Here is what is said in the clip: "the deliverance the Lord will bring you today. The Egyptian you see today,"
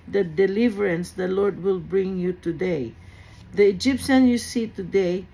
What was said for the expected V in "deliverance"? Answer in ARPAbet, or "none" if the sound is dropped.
V